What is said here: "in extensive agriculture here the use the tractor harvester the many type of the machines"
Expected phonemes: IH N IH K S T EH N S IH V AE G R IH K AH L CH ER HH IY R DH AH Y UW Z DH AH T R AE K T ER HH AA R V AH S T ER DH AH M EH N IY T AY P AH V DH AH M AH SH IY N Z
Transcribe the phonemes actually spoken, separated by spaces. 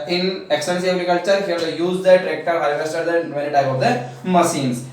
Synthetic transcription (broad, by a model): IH N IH K S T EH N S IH AH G R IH K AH L CH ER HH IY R Y UW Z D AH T R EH K T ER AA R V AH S T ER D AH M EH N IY T AY P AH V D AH M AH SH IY N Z